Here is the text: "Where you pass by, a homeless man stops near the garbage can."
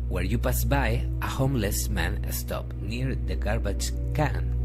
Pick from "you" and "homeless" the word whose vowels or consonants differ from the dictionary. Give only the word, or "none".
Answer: none